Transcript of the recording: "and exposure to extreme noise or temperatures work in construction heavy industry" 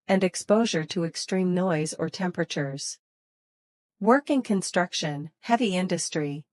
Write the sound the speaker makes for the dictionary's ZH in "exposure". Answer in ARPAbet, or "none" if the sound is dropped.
ZH